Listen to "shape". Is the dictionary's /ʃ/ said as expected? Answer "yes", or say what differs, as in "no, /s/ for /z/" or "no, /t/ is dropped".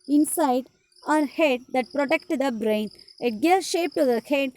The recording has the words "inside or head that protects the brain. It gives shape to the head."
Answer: yes